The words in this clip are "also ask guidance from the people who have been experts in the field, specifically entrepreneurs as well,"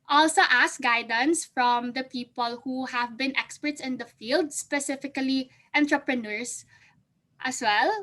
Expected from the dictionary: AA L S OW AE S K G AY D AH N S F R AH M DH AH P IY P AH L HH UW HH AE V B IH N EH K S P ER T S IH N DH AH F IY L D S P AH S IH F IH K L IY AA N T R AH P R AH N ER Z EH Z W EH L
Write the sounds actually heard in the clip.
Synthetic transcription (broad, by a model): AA L S OW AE S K G AY D AH N S F R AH M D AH P IY P AH L HH UW HH AE V B IH N EH K S P ER T S IH N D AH F IY L D S P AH S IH F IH K L IY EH N T R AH P R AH N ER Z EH S W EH L